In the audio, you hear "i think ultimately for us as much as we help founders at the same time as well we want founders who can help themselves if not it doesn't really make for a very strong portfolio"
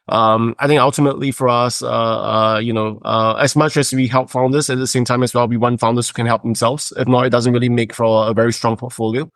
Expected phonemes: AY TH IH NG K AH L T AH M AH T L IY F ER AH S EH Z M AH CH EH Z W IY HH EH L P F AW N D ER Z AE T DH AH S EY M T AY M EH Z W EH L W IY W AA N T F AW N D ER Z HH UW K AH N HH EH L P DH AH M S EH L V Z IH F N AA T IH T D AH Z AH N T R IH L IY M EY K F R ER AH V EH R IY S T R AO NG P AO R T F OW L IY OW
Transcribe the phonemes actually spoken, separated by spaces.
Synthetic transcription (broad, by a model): AY TH IH NG K AH L T AH M AH T L IY F ER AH S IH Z M AH CH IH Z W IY HH EH L P F AW N D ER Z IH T DH AH S EY M T AY M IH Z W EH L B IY W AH N F AW N D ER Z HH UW K AH N HH EH L P DH AH M S EH L V Z IH F N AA T IH T D AH Z AH N T R IH L IY M EY K F R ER AH V EH R IY S T R AO NG P AO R T F OW L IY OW